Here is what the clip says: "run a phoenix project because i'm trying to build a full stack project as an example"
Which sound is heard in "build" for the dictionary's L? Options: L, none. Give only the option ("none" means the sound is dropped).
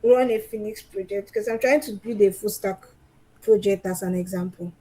none